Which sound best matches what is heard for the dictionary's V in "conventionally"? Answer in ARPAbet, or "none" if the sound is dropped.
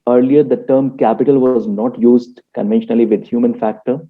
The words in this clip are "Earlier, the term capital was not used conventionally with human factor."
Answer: V